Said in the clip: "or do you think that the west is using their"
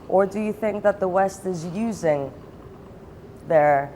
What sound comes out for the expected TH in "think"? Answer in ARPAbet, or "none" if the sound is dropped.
TH